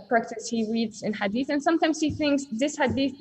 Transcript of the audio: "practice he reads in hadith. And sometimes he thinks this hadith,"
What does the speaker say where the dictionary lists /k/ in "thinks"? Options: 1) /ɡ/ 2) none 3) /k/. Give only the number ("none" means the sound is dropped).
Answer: 3